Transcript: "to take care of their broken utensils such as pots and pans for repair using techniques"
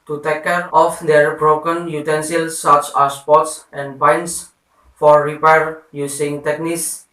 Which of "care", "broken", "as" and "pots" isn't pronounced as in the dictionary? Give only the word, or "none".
as